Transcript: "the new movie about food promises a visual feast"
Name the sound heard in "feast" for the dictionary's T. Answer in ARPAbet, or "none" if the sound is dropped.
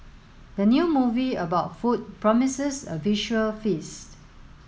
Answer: T